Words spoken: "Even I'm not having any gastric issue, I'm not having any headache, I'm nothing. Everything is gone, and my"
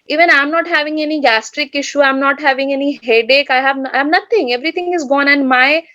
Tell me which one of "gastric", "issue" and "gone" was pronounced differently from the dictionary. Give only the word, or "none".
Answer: none